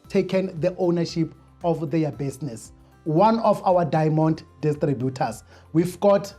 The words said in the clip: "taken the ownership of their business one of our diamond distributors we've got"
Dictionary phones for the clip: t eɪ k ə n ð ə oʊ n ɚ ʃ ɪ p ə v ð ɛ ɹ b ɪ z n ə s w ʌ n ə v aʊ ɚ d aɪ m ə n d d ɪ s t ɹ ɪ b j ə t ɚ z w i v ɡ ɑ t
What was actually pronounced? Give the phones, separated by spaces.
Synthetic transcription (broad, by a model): t eɪ k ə n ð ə oʊ n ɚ ʃ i p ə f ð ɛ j b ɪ s n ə s w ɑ n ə f aʊ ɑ d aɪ m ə n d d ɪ s t ɹ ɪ b j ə t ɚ s w i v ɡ ɑ t